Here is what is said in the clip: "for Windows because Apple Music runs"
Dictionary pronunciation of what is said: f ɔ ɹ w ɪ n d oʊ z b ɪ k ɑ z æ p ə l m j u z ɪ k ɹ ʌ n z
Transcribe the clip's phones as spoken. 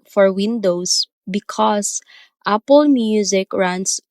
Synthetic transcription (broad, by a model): f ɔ ɹ w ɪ n d oʊ s b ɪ k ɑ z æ p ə l m j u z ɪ k ɹ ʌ n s